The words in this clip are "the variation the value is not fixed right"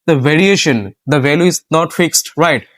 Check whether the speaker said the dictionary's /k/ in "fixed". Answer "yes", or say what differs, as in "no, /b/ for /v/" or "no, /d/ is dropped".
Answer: yes